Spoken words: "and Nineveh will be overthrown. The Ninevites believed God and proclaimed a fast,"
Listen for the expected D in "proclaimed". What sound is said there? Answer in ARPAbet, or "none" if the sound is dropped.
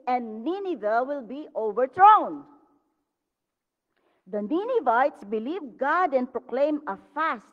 none